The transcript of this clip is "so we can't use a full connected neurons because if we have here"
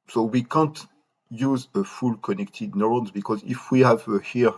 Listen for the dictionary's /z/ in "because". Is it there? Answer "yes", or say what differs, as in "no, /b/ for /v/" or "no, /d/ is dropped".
yes